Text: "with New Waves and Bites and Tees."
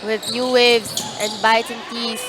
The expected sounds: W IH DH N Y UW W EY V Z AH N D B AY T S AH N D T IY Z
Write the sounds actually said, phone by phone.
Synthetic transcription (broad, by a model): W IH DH N Y UW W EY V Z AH N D B AY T AH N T IY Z